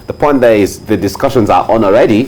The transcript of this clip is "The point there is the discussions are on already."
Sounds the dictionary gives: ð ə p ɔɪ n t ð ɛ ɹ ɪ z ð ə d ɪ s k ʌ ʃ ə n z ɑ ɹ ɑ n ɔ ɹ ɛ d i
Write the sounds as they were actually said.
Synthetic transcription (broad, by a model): ð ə p ɔɪ n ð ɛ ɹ ɪ z ð ə d ɪ s k ʌ ʃ ə n z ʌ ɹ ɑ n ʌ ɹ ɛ d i